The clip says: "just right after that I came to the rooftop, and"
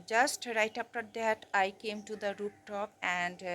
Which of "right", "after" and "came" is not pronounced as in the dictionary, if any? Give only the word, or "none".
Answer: after